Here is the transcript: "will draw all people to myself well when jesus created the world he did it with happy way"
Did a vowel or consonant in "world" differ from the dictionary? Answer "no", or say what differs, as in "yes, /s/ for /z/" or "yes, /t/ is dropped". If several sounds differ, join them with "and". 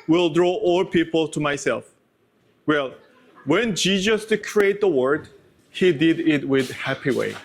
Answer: yes, /l/ is dropped